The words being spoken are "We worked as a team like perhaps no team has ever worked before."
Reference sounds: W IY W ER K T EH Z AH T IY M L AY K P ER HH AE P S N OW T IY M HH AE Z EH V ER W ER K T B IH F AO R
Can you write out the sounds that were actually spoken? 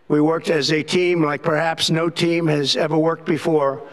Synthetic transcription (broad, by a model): W IY W ER K T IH Z AH T IY M L AY K P ER HH AE P S N OW T IY M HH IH Z EH V ER W ER K T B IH F AO R